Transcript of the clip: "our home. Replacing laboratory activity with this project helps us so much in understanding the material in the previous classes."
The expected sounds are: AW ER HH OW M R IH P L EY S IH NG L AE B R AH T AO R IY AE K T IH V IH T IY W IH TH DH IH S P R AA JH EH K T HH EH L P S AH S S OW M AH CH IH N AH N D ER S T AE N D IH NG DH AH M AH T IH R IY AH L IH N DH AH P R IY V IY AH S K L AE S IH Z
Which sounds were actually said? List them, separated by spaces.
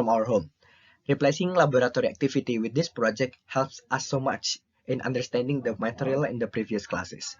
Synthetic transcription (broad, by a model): AW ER HH OW M R IH P L EY S IH NG L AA B R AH T AO R IY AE K T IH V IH T IY W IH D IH S P R AA JH EH K T HH EH L P S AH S S OW M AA CH IH N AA N D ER S T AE N D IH NG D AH M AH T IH R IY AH L IH N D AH P R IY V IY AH S K L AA S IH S